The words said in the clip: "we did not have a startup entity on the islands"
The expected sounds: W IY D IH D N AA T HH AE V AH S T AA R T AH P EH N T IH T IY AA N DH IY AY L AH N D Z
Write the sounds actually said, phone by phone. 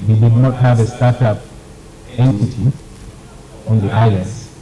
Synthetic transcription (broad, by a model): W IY D IH D N AA T HH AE V AH S T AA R T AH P EH N T IH T IY AA N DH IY AY L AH N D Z